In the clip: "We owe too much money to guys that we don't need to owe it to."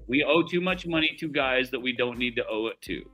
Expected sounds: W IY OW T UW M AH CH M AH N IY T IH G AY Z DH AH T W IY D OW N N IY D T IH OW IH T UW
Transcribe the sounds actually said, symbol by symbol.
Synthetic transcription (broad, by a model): W IY OW T UW M AH CH M AH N IY T IH G AY Z DH AH T W IY D OW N N IY D T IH OW IH T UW